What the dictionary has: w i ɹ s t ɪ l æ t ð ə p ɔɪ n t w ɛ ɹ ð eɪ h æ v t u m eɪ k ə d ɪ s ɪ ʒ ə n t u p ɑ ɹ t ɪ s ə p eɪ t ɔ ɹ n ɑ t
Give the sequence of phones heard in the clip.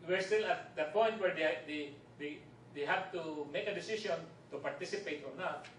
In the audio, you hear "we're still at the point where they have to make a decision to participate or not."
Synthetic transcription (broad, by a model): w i ɹ s t ɪ l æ t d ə p ɔɪ n t w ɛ ɹ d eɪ h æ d t u m eɪ k ə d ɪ s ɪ s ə n t u p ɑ ɹ t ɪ s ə p eɪ t ɔ ɹ n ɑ t